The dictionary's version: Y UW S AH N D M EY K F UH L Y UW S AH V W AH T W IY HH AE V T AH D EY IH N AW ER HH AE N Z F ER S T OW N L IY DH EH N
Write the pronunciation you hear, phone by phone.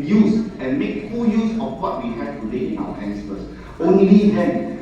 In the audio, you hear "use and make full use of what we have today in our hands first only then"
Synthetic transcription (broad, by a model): Y UW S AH N M EY K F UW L Y UW S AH F W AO T W IY HH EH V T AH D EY IH N AW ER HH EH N S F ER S OW N L IY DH EH N